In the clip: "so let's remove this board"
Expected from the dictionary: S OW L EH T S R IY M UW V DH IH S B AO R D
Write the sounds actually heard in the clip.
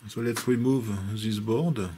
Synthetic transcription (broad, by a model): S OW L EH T R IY M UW V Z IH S B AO R D